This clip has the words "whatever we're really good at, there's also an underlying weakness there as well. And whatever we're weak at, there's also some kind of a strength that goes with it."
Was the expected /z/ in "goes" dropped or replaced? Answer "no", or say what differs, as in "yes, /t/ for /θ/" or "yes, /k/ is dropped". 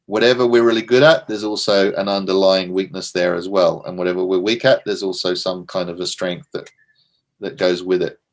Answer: no